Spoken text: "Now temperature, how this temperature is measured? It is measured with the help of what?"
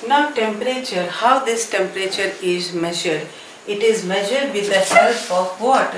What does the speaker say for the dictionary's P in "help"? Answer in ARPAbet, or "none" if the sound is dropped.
F